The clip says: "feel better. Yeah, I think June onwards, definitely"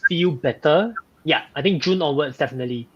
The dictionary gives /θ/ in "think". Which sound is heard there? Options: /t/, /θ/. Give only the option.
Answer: /t/